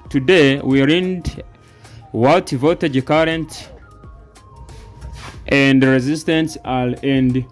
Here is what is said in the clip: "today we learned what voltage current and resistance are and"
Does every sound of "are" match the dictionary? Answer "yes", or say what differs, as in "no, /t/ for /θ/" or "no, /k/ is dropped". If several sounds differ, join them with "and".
no, /l/ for /ɹ/